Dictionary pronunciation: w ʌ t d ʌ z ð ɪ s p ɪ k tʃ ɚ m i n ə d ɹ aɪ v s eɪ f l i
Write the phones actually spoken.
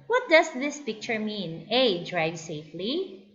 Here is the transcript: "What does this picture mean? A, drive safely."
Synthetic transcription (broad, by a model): w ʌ t d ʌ s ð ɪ s p ɪ k tʃ ɚ m i n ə d ɹ aɪ v s eɪ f l i